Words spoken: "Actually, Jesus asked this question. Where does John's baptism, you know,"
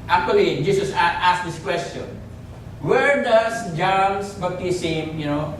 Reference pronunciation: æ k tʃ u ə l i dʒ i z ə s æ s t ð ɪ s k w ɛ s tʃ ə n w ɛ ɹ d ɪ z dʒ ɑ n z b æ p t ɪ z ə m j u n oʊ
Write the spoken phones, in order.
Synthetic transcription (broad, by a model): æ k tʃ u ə l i dʒ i s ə s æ s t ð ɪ s k w ɛ s tʃ ə n w ɛ ɹ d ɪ s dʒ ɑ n s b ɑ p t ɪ s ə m j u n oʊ